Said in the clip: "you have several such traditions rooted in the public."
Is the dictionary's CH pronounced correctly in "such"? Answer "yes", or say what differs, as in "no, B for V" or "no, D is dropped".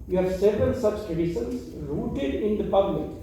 no, S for CH